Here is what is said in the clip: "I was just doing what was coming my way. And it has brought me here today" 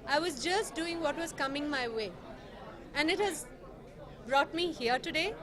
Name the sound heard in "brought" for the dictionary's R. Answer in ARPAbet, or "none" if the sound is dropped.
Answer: R